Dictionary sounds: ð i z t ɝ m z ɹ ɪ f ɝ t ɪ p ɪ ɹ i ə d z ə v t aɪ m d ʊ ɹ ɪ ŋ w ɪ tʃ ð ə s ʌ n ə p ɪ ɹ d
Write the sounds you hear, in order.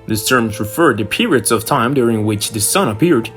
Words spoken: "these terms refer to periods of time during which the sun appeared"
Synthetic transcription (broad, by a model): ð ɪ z t ɝ m z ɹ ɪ f ɝ t ɪ p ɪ ɹ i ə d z ə v t aɪ m d ʊ ɹ ɪ ŋ w ɪ tʃ ð ə s ʌ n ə p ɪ ɹ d